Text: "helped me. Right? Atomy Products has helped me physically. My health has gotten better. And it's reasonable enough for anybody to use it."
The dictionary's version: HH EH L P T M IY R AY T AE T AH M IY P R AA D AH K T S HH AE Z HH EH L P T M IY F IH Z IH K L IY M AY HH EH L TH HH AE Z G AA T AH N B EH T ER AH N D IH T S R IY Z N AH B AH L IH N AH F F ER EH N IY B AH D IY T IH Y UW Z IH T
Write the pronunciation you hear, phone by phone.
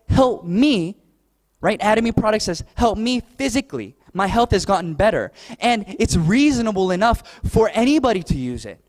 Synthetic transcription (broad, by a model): HH EH L P M IY R AY T AE T AH M IY P R AA D AH K T S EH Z HH EH L P M IY F IH Z IH K L IY M AY HH EH L TH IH Z G AA T N B EH T ER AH N IH T S R IY Z N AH B L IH N AH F F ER EH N IY B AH D IY T IH Y UW Z IH T